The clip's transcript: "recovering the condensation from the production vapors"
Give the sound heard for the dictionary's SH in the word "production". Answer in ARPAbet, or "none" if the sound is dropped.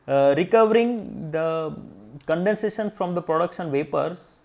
S